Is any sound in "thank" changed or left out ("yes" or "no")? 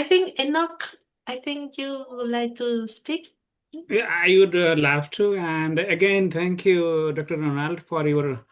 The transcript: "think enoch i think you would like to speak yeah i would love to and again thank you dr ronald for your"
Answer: yes